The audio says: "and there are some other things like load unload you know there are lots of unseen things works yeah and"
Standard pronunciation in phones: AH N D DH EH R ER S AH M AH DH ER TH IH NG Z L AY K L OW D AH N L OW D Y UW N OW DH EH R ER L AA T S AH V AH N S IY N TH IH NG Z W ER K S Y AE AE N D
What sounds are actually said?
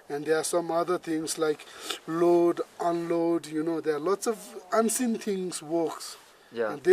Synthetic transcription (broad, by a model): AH N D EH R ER S AH M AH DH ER T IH NG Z L AY K L OW D AH N L OW D Y UW N OW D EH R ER L AA T S AH V AH N S IY N T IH NG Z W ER K S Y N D